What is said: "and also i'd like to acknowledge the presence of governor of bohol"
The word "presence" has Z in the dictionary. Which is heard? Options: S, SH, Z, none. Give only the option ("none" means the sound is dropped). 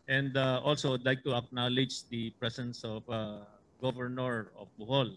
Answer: S